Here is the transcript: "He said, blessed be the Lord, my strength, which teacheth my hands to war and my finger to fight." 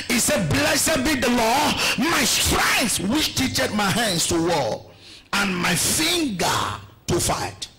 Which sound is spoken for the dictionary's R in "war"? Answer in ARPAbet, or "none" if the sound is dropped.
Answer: L